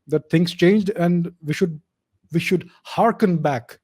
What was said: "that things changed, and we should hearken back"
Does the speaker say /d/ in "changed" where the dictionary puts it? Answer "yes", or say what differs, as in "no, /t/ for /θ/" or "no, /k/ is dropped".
yes